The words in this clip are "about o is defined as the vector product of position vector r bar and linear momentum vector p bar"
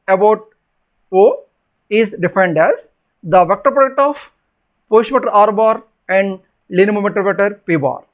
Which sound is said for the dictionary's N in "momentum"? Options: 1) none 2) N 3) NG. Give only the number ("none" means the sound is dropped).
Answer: 1